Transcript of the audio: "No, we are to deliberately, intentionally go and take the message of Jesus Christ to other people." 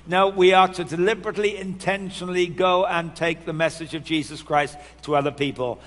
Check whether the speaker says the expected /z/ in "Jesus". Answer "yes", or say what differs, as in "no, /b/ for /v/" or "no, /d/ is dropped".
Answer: yes